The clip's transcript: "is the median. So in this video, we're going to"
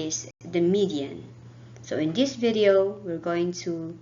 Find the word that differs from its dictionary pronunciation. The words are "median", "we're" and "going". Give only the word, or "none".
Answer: none